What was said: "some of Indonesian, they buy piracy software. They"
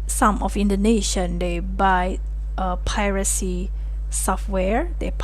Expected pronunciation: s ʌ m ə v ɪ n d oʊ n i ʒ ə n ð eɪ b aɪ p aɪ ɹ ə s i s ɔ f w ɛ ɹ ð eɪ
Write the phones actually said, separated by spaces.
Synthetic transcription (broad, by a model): s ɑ m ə f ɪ n d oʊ n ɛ ʃ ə n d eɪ b aɪ p aɪ ɹ ə s i s ɔ f w ɛ ɹ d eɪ